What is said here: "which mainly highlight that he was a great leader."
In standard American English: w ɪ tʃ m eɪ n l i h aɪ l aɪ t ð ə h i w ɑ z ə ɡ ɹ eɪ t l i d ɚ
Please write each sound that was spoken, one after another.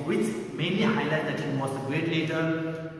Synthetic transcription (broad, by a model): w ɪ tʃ m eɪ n i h aɪ l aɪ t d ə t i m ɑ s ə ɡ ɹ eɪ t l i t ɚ